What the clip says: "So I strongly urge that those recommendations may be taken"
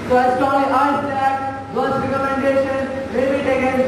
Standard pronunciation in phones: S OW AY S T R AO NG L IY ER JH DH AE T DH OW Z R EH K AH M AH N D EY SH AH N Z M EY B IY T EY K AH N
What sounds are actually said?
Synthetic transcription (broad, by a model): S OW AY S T AO L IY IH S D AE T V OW S R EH K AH M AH N D EY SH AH N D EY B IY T EY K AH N